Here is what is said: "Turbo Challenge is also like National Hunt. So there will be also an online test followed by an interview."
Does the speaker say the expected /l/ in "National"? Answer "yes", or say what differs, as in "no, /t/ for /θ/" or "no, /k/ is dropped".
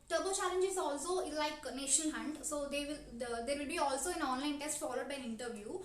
no, /n/ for /l/